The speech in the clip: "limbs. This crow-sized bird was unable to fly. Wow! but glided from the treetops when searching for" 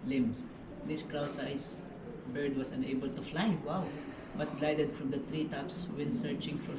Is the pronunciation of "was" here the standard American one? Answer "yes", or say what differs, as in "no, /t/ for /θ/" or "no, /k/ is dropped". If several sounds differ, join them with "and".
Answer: no, /s/ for /z/